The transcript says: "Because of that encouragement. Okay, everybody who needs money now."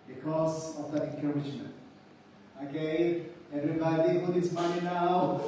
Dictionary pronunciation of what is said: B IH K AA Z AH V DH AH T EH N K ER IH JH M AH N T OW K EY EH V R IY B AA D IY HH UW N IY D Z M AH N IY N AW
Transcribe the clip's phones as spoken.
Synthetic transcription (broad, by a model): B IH K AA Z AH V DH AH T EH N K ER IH SH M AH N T OW K EY EH V R IY B AA D IY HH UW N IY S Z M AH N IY N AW